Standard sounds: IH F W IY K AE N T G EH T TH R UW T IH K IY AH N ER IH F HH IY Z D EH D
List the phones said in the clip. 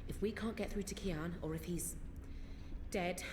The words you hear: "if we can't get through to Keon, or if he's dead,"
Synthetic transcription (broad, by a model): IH F W IY K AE N G EH T TH R UW T IH K IY AH N ER IH F HH IY Z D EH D